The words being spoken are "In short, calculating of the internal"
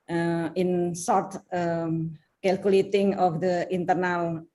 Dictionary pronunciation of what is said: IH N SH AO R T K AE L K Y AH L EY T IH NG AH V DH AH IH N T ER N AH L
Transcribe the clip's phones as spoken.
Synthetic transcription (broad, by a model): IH N S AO R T K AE L K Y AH L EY T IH NG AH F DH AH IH N T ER N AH L